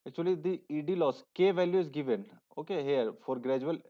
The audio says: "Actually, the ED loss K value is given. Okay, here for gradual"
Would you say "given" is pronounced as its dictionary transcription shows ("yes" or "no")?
yes